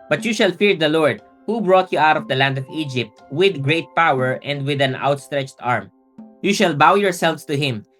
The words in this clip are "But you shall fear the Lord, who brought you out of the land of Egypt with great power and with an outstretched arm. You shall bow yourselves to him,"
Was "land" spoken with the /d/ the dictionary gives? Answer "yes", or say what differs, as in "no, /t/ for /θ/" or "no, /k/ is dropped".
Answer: yes